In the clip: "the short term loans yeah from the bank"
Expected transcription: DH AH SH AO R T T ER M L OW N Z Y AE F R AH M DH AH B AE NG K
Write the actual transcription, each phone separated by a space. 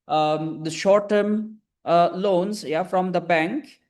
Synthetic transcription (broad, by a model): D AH SH AO R T T ER M L OW N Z Y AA F R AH M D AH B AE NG K